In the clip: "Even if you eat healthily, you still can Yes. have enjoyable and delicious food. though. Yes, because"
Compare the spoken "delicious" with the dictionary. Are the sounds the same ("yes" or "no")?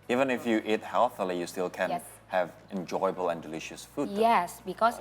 yes